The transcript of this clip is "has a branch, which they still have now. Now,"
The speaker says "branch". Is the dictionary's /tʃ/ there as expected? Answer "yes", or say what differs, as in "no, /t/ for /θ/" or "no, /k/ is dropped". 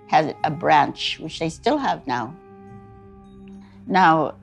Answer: yes